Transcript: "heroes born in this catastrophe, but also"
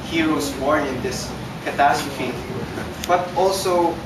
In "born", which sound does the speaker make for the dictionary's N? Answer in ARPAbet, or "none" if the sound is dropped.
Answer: none